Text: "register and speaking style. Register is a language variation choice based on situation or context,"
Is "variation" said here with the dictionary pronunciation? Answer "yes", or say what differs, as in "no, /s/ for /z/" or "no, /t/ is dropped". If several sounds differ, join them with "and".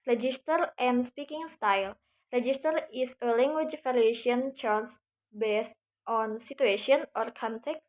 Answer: no, /f/ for /v/